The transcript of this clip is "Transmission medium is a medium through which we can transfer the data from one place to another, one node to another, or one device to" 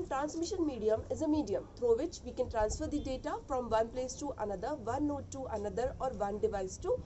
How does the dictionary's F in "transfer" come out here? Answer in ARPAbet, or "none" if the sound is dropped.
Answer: F